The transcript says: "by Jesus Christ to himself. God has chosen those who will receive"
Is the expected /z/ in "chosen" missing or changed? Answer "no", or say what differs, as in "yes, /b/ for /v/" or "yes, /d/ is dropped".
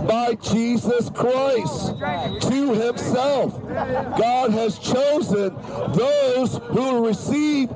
no